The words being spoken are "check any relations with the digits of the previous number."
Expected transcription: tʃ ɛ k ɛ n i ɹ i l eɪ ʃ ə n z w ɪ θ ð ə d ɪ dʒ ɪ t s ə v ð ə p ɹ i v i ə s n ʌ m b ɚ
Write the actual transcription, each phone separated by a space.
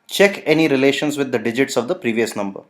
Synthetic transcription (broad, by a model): tʃ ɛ k ɛ n i ɹ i l eɪ ʃ ə n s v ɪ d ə d ɪ dʒ ɪ t s ə v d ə p ɹ i v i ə s n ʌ m b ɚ